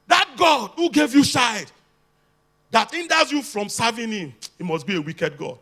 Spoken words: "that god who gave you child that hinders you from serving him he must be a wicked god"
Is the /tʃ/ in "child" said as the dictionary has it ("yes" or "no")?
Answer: no